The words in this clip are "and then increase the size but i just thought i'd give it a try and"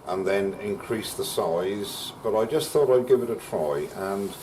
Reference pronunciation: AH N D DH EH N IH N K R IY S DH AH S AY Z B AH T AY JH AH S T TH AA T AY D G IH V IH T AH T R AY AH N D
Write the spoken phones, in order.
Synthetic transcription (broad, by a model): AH N DH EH N IH N K R IY S DH AH S AY Z B AH T AY JH AH S T TH AA T AY D G IH V IH T AH T R AY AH N